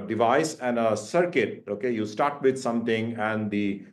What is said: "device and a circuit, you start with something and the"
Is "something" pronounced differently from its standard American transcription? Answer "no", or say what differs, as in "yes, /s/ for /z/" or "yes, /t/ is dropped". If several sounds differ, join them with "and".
yes, /t/ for /θ/